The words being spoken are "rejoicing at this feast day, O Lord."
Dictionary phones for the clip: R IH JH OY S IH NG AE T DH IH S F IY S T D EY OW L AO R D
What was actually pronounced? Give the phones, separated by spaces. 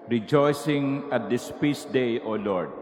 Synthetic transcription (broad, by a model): R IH JH OY S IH NG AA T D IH S P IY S D EY OW L AO R D